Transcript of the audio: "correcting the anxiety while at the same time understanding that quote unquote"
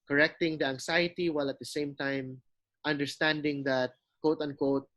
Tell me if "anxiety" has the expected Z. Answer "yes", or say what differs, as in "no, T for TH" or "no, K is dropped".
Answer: no, S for Z